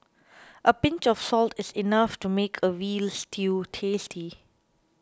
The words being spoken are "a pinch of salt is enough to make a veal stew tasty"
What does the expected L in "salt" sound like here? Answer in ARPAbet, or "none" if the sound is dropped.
L